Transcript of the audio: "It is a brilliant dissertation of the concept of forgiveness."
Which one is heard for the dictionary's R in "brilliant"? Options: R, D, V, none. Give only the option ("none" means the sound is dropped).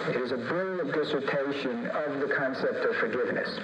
none